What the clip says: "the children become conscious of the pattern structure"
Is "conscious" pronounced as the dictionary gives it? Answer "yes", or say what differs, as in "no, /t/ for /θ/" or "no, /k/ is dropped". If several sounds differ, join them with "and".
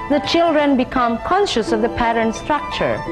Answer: yes